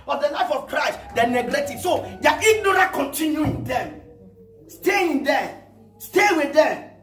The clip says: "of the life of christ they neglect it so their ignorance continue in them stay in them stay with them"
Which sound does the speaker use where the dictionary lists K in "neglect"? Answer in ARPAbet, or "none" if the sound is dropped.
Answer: none